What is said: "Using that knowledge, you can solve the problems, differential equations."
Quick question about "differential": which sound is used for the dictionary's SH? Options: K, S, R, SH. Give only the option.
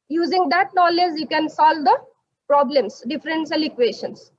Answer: S